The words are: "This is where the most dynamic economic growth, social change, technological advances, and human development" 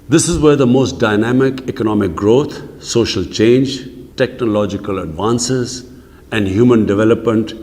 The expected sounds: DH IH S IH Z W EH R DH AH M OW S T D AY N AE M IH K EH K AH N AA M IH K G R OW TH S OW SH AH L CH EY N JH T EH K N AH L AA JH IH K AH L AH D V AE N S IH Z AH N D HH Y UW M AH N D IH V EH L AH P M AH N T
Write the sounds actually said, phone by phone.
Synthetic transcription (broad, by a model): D IH S IH Z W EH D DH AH M OW S T D AY N AE M IH K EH K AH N AA M IH K G R OW T S OW SH AH L CH EY N JH T EH K N AH L AA JH IH K AH L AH D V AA N S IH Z AH N D HH Y UW M AH N D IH V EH L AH P M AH N T